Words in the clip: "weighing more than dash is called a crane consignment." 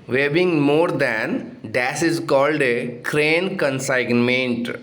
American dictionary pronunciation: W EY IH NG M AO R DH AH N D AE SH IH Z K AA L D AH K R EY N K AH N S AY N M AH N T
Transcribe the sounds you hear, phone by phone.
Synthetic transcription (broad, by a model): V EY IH NG M AO R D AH N D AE S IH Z K AA L D AH K R EY N K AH N S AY N M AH N T